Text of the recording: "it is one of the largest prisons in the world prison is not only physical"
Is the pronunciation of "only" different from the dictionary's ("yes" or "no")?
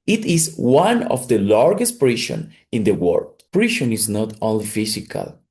yes